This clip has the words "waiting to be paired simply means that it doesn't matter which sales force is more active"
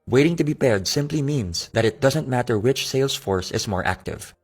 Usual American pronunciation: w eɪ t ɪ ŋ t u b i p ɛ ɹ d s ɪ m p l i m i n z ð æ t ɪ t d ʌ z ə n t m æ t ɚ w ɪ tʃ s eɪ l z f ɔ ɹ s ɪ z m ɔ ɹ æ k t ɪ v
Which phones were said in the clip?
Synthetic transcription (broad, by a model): w eɪ t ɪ ŋ t u b i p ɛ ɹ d s ɪ m p l i m i n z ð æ t ɪ t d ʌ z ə n t m æ t ɚ w ɪ tʃ s eɪ l s f ɔ ɹ s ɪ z m ɔ ɹ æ k t ɪ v